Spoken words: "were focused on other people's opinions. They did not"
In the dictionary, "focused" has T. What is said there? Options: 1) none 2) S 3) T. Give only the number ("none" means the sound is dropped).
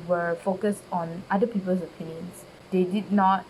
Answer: 3